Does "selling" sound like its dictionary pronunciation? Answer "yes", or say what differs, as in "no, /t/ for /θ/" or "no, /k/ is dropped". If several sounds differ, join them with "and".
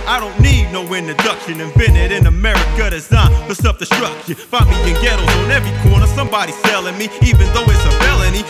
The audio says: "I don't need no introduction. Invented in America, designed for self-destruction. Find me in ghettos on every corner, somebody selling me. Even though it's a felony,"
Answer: yes